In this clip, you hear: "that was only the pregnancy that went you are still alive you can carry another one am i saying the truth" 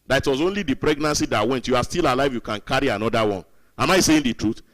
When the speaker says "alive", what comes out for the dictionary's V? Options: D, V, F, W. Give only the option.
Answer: V